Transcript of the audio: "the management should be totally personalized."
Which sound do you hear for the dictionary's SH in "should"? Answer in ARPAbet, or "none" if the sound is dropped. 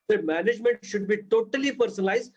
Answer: SH